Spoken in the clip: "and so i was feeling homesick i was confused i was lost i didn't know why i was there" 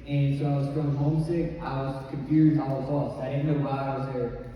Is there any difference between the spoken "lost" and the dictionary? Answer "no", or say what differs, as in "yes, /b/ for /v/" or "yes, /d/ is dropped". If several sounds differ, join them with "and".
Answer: yes, /t/ is dropped